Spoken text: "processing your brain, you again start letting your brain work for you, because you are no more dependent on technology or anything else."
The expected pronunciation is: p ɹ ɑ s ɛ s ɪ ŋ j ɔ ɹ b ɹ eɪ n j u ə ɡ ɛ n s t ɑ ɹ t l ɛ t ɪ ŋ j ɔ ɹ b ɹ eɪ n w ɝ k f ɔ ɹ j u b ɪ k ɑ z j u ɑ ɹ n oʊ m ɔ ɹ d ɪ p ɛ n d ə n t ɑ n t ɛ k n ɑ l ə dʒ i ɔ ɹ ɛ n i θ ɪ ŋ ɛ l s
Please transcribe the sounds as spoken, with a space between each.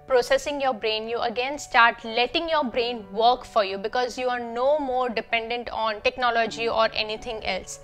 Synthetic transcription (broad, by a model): p ɹ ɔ s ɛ s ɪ ŋ j ɔ ɹ b ɹ eɪ n j u ə ɡ ɛ n s t ɑ ɹ t l ɛ t ɪ ŋ j ɔ ɹ b ɹ eɪ n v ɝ k f ɔ ɹ j u b ɪ k ɑ z j u ɑ ɹ n oʊ m ɔ ɹ d ɪ p ɛ n d ə n t ɑ n t ɛ k n ɑ l ə dʒ i ɔ ɹ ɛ n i t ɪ ŋ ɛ l s